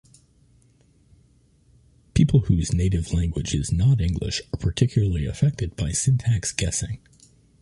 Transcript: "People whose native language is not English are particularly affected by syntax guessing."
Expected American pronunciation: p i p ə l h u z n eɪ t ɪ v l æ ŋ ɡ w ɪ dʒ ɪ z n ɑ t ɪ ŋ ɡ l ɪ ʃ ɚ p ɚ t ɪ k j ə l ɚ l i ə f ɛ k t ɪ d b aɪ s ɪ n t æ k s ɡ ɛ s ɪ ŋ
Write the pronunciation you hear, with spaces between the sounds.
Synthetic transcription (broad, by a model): p i p l h u z n eɪ t ɪ v l æ ŋ ɡ w ɪ dʒ ɪ z n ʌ t ɪ ŋ ɡ l ɪ ʃ ɚ p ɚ t ɪ k j l ɚ l i ə f ɛ k t ɪ d b aɪ s ɪ n t æ k s ɡ ɛ s ɪ ŋ